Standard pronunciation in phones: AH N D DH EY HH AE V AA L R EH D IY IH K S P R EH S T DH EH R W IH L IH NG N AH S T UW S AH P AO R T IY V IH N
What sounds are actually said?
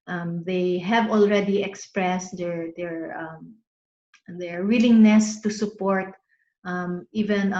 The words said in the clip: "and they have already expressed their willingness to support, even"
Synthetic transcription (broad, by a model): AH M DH EY HH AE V AA L R EH D IY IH K S P R EH S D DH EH R W IH L IH NG N AH S T UW S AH P AO R T IY V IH N